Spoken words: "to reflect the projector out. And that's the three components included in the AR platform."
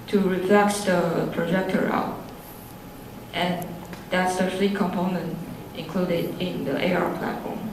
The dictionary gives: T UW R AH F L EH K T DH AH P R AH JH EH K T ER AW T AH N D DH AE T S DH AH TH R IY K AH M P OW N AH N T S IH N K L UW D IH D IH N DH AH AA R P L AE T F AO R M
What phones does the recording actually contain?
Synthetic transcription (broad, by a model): T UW R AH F L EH K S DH AH P R AH JH EH K T ER AW T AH N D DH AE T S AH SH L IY K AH M P OW N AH N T IH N K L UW D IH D IH N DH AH AA R P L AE T F AO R M